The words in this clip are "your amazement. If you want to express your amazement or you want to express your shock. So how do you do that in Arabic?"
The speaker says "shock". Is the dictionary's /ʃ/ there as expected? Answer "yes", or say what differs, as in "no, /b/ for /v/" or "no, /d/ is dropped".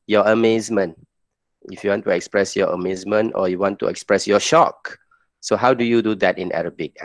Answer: yes